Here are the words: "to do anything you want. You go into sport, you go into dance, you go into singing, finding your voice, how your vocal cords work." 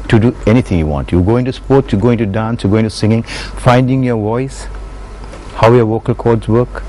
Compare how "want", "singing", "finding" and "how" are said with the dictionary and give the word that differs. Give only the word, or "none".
none